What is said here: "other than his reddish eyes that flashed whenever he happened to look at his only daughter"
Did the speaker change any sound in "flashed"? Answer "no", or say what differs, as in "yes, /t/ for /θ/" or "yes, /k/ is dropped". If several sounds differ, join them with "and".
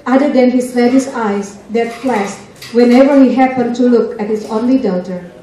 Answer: yes, /s/ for /ʃ/